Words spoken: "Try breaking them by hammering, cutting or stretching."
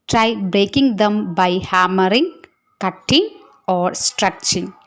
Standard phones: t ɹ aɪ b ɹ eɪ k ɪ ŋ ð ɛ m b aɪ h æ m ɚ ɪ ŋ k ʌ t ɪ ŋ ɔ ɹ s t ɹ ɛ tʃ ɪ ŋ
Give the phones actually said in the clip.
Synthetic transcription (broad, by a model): t ɹ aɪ b ɹ eɪ k ɪ ŋ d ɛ m b aɪ h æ m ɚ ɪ ŋ k ʌ t ɪ ŋ ɔ ɹ s t ɹ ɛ tʃ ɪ ŋ